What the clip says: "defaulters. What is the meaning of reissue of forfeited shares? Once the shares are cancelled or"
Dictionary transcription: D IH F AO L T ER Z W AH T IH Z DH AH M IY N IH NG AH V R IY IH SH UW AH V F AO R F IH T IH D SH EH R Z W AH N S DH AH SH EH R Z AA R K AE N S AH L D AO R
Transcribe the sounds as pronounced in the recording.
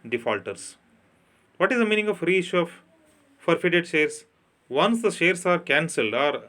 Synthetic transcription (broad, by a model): D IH F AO L T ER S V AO T IH Z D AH M IY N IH NG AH F R IY IH SH UW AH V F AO R F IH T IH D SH EH R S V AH N S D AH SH EH R S AA R K AE N S AH L D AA R